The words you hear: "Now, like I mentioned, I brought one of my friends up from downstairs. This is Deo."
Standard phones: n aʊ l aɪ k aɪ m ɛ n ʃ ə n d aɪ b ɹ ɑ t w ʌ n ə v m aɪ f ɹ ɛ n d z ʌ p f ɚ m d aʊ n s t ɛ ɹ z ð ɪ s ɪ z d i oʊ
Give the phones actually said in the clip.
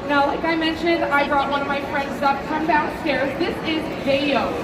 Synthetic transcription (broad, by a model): n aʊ l aɪ k aɪ m ɛ n ʃ ə n d aɪ b ɹ ɑ t w ʌ n ə v m aɪ f ɹ ɛ n d z ʌ p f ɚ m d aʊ s t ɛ ɹ z ð ɪ s ɪ z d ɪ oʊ